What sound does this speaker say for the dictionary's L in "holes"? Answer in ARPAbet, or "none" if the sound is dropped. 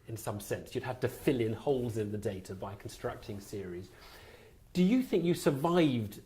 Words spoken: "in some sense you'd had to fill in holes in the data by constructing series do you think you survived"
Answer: L